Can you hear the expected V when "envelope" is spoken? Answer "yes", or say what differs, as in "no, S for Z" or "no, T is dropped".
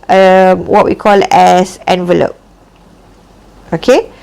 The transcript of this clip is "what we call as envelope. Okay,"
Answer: yes